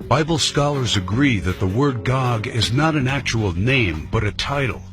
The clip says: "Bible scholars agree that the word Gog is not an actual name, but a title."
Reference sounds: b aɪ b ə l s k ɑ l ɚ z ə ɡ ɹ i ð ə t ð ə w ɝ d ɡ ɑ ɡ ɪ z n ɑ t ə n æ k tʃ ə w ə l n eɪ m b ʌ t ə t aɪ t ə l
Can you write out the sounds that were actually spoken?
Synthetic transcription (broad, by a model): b aɪ b l s k ɑ l ɚ z ə ɡ ɹ i ð ə t ð ə w ɝ d ɡ ɑ ɡ ɪ z n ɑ t ə n æ k tʃ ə w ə l n eɪ m b ʌ t ə t aɪ t l